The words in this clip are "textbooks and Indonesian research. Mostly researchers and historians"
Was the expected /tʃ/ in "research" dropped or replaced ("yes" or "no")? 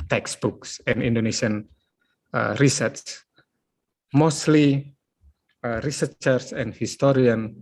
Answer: yes